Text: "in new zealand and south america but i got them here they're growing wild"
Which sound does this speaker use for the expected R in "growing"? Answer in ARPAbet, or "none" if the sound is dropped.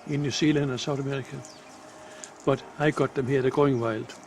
none